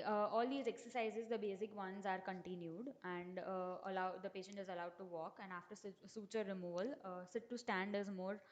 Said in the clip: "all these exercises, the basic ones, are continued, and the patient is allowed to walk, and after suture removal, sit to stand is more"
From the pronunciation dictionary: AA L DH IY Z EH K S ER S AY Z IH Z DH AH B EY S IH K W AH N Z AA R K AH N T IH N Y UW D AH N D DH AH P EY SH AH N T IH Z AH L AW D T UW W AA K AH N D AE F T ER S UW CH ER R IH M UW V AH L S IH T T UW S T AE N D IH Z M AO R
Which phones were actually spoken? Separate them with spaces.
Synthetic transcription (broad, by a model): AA L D IY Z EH K S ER S AY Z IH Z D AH B EY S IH K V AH N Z AA R K AH N T IH N Y UW D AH N D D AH P EY SH AH N T IH Z AH L AW D T UW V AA K AH N D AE F T ER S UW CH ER R IH M UW V AH L S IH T T UW S T AE N D IH Z M AO R